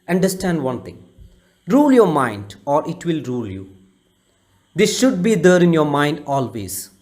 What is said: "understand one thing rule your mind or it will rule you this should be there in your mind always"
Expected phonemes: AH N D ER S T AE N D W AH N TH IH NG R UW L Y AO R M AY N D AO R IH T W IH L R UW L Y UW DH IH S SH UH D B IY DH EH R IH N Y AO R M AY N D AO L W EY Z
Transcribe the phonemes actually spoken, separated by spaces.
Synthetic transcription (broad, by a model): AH N D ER S T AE N D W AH N T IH NG R UW L Y AO R M AY N D AO R IH T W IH L R UW L Y UW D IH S SH UH D B IY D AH R IH N Y AO R M AY N D AO L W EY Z